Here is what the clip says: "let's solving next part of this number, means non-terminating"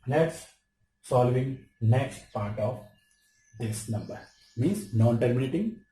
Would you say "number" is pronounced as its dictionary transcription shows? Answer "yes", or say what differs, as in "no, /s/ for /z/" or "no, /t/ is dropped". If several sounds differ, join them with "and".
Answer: yes